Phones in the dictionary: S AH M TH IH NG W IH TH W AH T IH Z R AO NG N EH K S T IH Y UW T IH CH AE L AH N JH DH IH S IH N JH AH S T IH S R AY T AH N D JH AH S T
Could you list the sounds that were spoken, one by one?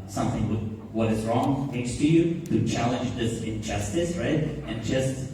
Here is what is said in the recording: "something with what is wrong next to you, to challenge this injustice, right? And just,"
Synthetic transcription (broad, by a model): S AH M TH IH NG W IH W AH T IH Z R AO NG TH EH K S T IH Y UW T IH CH AE L AH N JH DH IH S IH N JH AH S T IH S R AY T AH N JH AH S T